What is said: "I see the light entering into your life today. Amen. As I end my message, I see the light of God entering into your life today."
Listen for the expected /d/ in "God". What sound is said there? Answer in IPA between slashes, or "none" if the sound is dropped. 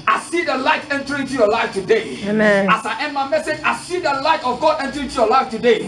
/d/